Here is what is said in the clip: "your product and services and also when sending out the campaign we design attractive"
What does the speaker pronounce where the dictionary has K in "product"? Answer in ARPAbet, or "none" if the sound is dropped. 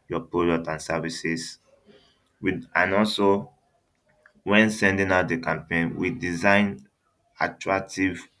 none